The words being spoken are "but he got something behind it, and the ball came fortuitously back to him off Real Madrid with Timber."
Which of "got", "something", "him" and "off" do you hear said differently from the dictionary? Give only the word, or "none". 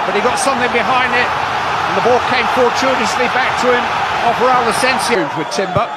off